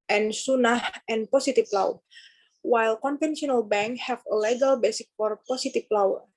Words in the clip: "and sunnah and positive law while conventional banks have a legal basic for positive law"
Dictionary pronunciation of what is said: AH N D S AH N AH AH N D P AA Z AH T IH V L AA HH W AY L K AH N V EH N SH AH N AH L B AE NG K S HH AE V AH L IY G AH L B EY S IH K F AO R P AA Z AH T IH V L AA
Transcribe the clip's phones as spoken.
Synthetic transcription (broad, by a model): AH N S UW N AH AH N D P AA S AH T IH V L AA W W AY L K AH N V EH N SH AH N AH L B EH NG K HH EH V AH L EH G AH L B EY S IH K F AO R P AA S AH T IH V L AA